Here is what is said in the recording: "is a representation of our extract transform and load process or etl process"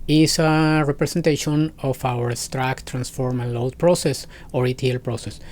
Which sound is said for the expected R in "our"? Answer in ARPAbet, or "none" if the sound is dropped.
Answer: W